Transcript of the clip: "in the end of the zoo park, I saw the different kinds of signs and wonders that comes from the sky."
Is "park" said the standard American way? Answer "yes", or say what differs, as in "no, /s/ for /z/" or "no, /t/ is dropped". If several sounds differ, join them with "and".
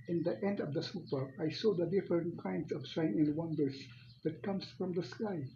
no, /k/ is dropped